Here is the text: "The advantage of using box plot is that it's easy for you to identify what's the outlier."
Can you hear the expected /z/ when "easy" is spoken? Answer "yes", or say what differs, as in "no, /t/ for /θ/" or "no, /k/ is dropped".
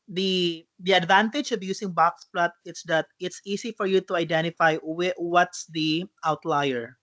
no, /s/ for /z/